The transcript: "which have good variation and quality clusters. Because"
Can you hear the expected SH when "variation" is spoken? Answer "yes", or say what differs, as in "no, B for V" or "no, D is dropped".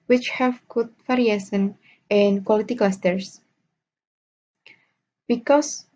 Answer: no, S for SH